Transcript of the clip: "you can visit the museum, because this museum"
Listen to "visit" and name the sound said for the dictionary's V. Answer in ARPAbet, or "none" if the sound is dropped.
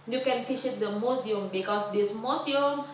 F